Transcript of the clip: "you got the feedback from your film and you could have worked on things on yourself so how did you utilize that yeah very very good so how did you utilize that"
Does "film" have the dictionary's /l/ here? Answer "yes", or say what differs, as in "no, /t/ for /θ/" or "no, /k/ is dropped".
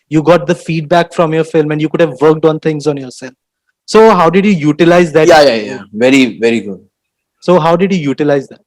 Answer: yes